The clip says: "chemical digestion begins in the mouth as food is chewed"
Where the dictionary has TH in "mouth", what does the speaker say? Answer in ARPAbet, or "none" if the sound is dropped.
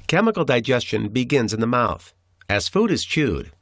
TH